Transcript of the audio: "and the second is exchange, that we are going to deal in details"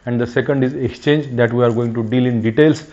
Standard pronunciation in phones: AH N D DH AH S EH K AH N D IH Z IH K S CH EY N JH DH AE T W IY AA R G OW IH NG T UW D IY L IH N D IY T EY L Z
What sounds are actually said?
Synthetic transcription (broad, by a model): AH N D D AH S EH K AH N D IH Z IH K S CH EY N JH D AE T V IY AA R G OW IH NG T UW D IY L IH N D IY T EY L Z